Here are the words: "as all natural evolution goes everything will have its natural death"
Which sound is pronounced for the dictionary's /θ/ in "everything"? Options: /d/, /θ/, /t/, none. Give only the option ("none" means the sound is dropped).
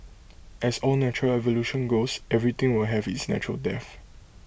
/t/